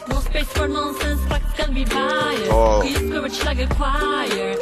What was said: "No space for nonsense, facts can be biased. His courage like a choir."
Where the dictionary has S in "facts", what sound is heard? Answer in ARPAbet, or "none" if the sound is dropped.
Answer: none